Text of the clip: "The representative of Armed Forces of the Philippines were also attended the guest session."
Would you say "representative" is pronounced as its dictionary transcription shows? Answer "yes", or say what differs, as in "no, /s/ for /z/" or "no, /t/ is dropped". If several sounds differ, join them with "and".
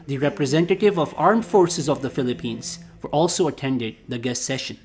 yes